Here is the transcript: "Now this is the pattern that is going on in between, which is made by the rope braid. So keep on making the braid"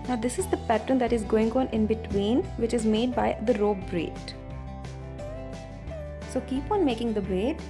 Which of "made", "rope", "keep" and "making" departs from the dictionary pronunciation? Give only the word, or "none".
rope